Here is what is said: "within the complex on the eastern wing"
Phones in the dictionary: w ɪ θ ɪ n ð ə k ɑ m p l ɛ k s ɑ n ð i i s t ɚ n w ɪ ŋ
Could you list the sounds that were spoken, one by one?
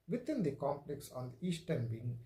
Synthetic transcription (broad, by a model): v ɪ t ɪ n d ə k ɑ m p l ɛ k s ɑ n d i i s t ɚ n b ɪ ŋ